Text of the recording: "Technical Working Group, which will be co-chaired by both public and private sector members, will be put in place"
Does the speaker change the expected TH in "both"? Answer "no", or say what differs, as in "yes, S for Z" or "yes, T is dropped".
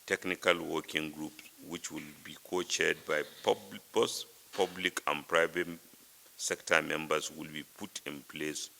yes, S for TH